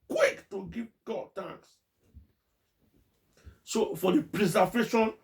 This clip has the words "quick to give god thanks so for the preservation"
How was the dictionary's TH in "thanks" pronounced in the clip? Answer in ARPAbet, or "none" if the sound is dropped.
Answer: T